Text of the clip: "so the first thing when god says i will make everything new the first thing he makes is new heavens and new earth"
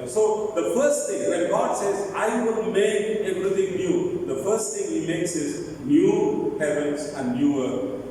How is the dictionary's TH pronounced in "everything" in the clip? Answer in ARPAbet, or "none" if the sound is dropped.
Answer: T